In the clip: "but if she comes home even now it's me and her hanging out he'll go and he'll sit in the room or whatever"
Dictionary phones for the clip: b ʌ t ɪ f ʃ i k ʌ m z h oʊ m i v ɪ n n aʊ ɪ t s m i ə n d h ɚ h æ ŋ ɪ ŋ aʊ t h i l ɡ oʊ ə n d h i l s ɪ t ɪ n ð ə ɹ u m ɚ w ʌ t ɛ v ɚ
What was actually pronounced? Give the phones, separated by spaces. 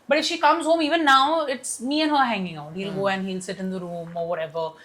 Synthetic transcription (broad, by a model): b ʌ t ɪ f ʃ i k ʌ m z h oʊ m i v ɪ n n aʊ ɪ t s m i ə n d h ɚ h æ ŋ ɪ ŋ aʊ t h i l ɡ oʊ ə n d h i l s ɪ t ɪ n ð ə ɹ u m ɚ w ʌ t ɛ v ɚ